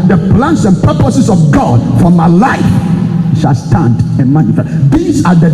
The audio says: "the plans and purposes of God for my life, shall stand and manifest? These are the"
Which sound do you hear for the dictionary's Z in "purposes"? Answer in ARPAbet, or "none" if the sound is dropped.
S